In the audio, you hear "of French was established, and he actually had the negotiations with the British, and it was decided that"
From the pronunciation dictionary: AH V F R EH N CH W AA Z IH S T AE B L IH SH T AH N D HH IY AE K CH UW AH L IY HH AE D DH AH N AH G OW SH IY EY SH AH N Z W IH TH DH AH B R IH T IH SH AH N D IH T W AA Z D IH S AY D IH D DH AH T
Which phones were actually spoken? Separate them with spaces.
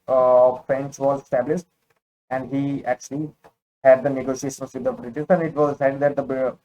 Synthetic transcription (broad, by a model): F R EH N CH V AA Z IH S T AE B L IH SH T AH N D HH IY AE K CH UW AH L IY HH AE D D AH N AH G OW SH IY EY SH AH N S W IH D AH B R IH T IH S AH N D IH T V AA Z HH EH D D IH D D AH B